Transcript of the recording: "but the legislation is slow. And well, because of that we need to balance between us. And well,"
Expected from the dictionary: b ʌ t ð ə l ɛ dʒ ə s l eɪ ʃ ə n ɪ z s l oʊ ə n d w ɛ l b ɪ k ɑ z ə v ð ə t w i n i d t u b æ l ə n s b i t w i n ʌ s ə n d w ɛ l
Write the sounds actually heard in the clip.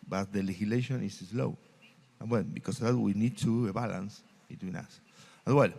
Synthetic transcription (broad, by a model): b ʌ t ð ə l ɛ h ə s l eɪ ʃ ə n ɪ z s l oʊ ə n w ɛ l b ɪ k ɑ s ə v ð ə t w i n i d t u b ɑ l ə n s b i t w i n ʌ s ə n w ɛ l